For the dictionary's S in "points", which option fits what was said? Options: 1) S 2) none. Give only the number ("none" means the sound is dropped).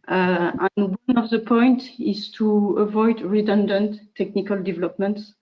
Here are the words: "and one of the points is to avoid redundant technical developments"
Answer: 2